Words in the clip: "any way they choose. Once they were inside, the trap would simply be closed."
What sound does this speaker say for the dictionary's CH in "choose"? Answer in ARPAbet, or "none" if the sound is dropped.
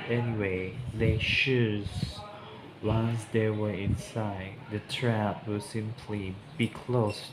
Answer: SH